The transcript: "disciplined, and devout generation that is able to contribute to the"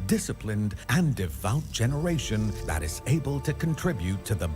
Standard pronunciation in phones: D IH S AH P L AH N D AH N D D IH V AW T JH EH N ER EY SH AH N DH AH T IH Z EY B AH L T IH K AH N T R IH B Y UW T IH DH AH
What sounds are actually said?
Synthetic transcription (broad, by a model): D IH S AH P L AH N D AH N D D IH V AW T JH EH N ER EY SH AH N DH AH T IH Z EY B AH L T IH K AH N T R IH B Y UW T IH DH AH